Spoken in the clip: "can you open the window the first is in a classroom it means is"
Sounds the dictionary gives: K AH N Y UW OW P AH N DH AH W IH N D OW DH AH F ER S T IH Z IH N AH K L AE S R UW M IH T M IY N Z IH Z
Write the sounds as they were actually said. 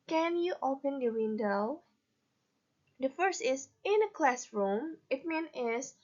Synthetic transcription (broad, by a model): K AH N Y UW OW P AH N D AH W IH N D OW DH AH F ER S T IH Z IH N AH K L AE S R UW M IH T M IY N IH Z